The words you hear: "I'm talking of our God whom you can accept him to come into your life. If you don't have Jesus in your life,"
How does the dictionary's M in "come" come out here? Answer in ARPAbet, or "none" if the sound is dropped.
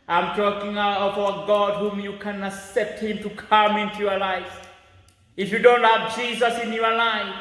M